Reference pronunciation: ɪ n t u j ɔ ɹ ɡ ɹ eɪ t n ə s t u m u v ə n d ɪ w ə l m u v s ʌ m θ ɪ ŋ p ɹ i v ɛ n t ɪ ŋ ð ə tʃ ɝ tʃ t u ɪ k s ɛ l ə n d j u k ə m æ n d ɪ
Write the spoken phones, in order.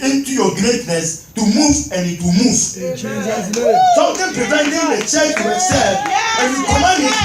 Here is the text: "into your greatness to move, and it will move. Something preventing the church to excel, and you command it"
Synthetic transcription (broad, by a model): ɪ n t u j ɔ ɡ ɹ eɪ t n ə s t u m u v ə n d ɪ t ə m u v s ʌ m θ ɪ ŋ p ɹ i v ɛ n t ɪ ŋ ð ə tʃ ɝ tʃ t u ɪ s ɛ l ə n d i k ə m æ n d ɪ